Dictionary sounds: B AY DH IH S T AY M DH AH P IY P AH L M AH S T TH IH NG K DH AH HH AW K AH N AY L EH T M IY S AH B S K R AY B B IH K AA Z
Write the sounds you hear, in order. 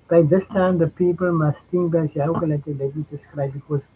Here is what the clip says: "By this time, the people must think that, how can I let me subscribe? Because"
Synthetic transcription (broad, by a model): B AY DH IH S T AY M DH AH P IY P AH L M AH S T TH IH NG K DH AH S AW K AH L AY L EH T M IY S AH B S K R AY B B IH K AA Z